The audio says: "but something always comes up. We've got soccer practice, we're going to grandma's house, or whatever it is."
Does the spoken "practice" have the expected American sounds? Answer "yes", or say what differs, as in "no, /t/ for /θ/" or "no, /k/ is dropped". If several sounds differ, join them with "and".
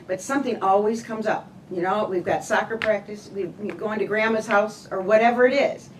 yes